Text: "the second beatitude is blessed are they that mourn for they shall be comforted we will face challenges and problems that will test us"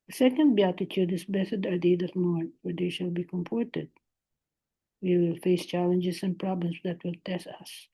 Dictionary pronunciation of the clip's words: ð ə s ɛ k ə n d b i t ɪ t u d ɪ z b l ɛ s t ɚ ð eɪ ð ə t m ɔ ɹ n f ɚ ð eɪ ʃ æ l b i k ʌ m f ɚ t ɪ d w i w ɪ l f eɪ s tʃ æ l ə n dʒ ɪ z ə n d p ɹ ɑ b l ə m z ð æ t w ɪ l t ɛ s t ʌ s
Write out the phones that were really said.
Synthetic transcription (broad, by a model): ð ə s ɛ k ə n d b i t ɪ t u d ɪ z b ɛ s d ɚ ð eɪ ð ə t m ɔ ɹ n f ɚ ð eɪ ʃ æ l b i k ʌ m p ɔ t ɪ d w i w ɪ l f eɪ s tʃ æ l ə n dʒ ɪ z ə n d p ɹ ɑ b l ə m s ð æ t w ɪ l t ɛ s t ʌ s